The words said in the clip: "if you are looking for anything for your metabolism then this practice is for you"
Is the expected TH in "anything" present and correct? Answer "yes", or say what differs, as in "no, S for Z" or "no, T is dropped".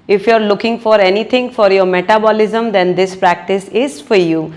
no, T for TH